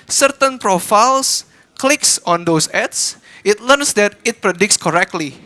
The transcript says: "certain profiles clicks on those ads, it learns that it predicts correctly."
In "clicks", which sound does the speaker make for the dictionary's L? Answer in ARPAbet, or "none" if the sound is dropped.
L